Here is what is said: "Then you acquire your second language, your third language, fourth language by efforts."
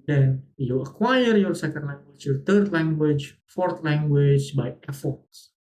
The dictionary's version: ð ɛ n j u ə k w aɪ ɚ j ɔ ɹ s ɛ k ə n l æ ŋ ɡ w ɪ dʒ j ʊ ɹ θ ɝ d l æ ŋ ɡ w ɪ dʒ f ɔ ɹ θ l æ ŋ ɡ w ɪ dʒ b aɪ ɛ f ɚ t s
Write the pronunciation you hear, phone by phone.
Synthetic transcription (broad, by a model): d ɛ n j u ə k w aɪ ɚ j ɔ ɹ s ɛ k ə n l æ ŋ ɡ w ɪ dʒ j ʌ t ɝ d l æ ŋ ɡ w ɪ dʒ f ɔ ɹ t l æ ŋ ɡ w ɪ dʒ b aɪ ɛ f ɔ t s